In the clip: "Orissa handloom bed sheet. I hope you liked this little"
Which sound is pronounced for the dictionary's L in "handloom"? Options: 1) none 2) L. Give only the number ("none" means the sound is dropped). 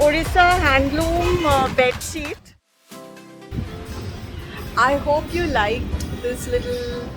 2